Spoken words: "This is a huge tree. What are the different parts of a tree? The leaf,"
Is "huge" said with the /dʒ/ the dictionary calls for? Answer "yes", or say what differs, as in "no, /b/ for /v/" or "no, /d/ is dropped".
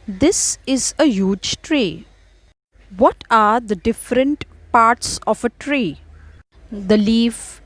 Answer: yes